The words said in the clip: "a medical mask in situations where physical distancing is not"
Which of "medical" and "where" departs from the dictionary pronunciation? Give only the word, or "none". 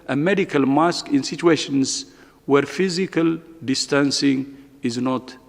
none